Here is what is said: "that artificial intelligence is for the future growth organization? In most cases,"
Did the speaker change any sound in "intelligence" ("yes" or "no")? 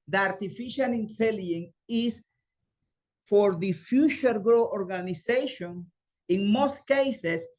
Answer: yes